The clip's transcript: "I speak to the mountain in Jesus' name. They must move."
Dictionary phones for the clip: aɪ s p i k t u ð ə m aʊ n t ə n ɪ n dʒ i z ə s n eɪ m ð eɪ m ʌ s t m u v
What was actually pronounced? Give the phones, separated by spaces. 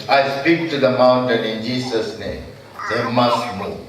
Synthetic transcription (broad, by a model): aɪ s p i k t u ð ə m aʊ n t ə n ɪ n dʒ i s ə s n eɪ m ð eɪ m ʌ s t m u